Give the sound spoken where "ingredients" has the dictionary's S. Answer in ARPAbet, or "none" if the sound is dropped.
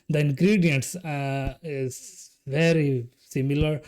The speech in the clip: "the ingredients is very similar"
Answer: S